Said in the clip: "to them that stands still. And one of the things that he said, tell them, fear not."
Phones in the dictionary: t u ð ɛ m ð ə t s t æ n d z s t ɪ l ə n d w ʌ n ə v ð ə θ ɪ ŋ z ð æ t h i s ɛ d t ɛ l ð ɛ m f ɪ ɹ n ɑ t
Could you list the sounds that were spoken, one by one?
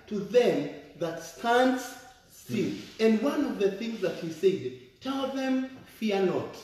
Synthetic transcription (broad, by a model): t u ð ɛ m ð ə t s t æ n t s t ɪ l ə n d w ʌ n ə v ð ə θ ɪ ŋ z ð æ t h i s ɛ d t ɛ l ð ɛ m f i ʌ n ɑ t